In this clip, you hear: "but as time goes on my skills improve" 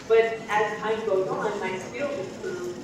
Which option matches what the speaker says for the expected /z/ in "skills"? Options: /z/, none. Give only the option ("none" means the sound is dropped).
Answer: none